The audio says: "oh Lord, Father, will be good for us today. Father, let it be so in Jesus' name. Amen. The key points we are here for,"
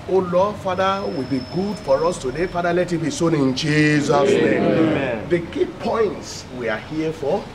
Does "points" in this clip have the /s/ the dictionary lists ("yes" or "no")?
yes